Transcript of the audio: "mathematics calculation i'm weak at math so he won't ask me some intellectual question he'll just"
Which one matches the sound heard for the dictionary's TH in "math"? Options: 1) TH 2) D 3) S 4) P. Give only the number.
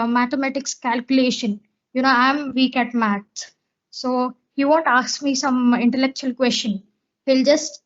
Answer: 3